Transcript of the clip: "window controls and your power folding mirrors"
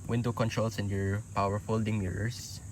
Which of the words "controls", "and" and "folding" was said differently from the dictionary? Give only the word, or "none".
controls